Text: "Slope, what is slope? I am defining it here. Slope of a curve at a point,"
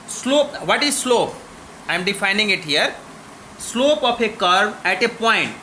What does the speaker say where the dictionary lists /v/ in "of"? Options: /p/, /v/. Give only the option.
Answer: /p/